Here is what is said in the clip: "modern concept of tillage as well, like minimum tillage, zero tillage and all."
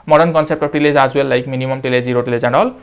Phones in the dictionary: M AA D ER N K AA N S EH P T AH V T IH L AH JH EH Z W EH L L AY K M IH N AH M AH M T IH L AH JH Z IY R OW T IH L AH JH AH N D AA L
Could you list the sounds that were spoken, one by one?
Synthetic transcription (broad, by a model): M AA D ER N K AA N S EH P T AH P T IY L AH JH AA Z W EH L L AY K M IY N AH M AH M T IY L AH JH Z IY R OW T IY L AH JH AH N D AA L